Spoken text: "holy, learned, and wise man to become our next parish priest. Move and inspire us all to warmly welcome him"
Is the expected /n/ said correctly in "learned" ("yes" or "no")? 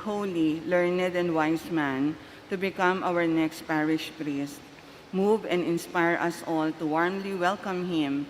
yes